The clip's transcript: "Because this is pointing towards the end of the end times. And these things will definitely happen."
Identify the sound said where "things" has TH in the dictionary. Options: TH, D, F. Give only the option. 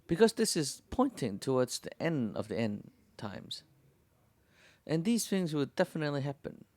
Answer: TH